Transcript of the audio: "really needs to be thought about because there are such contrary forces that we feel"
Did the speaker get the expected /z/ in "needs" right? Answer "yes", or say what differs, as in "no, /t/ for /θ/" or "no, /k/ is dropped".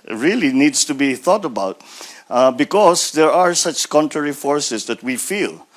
no, /s/ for /z/